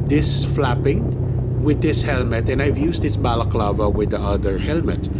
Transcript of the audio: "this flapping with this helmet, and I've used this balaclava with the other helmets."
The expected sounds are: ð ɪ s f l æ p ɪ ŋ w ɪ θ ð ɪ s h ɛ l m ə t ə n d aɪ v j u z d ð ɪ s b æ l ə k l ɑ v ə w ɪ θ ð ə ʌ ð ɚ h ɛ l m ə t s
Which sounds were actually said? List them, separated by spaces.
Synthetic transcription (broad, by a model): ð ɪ s f l æ p ɪ ŋ w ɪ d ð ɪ s h ɛ l m ə t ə n aɪ v j u s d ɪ s b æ l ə k l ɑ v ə w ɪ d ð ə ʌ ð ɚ h ɛ l m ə t s